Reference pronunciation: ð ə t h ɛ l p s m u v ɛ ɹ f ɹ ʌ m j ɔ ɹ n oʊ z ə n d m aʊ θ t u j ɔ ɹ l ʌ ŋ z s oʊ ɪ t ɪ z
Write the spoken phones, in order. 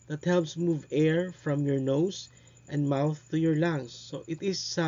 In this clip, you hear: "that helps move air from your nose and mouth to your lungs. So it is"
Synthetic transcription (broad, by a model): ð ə t h ɛ l p s m u v ɛ ɹ f ɹ ʌ m j ɔ ɹ n oʊ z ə n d m aʊ θ t u j ɔ ɹ l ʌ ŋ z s oʊ ɪ t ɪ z